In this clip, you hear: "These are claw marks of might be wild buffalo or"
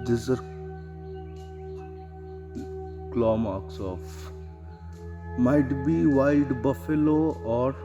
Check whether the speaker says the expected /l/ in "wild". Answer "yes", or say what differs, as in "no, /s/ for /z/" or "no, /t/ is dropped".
no, /l/ is dropped